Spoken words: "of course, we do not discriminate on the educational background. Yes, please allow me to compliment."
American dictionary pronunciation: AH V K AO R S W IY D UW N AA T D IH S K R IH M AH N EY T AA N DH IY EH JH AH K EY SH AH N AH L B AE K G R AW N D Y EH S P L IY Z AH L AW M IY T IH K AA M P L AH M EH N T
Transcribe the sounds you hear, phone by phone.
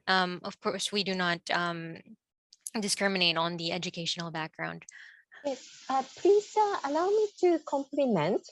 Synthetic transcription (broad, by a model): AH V K AO R S W IY D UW N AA T D IH S K R IH M AH N EY T N DH IY EH JH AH K EY SH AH N L B AE K G R AW N D Y EH S P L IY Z AH L AW M IY T IH K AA M P L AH M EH N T